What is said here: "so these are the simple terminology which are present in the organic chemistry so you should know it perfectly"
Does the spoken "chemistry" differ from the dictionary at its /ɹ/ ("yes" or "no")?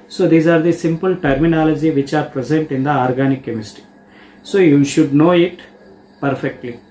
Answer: yes